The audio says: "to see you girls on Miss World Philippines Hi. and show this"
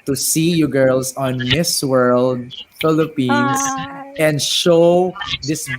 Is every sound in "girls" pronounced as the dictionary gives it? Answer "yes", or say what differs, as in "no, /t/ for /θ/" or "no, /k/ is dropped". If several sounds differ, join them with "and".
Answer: no, /s/ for /z/